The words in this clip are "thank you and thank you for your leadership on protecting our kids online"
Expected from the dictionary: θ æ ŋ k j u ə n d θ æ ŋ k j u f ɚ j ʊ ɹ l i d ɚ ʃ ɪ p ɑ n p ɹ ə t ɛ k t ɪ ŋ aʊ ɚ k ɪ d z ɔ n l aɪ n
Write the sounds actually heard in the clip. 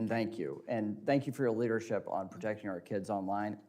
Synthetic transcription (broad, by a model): θ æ ŋ k j u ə n θ æ ŋ k j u f ɚ j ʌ ɹ l i d ɚ ʃ ɪ p n p ɹ ə t ɛ k t ɪ ŋ aʊ ɚ k ɪ d z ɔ n l aɪ n